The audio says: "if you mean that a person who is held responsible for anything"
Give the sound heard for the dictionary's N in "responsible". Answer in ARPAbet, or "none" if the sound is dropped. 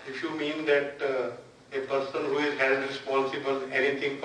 N